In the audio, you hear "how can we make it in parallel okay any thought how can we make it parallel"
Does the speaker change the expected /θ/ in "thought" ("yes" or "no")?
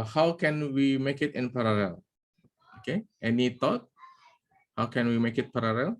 yes